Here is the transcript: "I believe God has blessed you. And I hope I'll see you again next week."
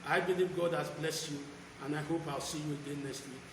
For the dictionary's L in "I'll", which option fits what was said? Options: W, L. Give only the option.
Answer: L